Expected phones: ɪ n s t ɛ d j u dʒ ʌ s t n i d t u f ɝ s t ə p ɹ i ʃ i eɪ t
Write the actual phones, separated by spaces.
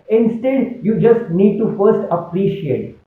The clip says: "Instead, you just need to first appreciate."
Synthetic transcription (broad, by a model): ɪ n s t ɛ d j u dʒ ʌ s t n i d t u f ɝ s t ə p ɹ i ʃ i eɪ t